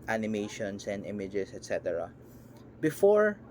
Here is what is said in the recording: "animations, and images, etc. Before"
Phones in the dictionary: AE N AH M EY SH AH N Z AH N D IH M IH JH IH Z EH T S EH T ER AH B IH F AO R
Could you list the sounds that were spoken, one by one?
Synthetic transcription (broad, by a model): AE N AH M EY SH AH N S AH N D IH M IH JH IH S EH T S EH T ER AH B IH F AO R